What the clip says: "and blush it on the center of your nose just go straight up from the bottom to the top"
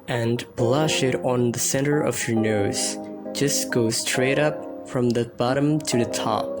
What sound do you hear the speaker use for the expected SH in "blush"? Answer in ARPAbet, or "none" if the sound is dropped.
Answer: SH